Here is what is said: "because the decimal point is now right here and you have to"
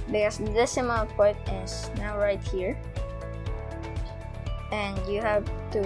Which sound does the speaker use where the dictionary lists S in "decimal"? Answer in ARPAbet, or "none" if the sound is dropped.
none